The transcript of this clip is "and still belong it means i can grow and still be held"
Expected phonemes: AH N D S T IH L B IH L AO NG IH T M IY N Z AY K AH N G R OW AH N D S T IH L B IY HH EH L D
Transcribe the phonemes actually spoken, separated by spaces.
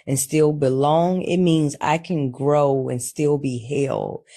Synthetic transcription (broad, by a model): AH N S T IH L B IH L AO NG IH T M IY N Z AY K AH N G R OW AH N S T IH L B IY HH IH L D